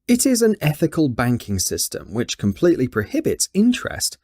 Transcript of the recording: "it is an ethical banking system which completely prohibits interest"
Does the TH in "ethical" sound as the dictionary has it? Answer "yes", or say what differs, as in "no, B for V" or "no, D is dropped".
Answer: yes